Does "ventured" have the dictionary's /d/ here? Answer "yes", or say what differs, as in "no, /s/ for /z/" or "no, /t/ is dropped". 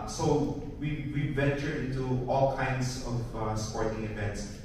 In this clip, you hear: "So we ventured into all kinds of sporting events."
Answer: no, /d/ is dropped